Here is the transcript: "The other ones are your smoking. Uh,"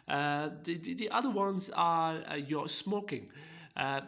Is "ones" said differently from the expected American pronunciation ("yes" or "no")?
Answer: no